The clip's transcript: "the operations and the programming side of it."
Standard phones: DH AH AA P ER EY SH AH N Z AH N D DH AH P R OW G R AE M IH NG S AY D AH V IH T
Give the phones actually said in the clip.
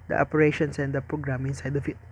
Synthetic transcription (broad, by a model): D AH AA P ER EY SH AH N S AH N D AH P R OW G R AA M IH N S AY D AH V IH T